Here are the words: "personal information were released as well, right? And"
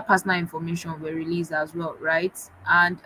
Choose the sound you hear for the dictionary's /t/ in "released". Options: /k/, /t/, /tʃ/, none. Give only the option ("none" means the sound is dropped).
none